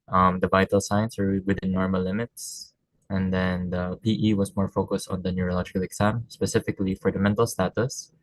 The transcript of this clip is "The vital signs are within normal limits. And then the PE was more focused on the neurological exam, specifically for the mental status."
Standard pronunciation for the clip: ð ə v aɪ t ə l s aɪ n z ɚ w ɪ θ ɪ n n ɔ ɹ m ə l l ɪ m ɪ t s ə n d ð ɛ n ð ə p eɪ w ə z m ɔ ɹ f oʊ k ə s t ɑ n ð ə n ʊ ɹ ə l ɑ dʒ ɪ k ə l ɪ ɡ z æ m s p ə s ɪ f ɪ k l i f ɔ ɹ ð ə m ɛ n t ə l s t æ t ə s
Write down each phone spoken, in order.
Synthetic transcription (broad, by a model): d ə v aɪ t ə l s aɪ n s ɚ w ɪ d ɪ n n ɔ ɹ m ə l l ɪ m ɪ t s ə n d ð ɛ n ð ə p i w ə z m ɔ ɹ f oʊ k ə s t ɑ n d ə n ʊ ɹ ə l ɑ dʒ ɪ k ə l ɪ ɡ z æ m s p ə s ɪ f ɪ k l i f ɔ ɹ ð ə m ɛ n t ə l s t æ t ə s